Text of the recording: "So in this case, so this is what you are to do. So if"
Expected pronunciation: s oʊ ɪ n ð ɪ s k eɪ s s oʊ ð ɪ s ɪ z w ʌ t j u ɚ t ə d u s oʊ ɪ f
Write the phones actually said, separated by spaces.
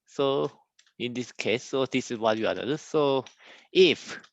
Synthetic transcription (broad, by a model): s oʊ ɪ n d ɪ s k eɪ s s oʊ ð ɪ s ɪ s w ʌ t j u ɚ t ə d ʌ s oʊ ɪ f